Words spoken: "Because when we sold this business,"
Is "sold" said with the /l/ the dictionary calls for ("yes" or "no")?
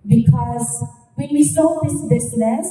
no